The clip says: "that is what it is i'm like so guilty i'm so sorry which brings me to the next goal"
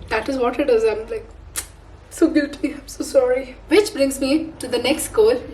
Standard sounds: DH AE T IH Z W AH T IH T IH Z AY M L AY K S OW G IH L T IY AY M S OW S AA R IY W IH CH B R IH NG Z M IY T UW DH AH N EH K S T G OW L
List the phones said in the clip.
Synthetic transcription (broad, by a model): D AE T IH Z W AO T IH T IH Z AY M L AY K S OW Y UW T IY AY M S OW S AA R IY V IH CH B R IH NG Z M IY T UW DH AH N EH K S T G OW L